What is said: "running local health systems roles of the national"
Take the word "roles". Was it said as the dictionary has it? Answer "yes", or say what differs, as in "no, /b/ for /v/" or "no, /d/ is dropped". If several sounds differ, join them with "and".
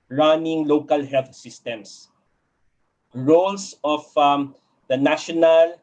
no, /s/ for /z/